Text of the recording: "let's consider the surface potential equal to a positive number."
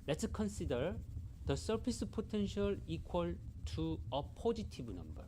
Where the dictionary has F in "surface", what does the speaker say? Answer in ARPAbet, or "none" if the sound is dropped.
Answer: P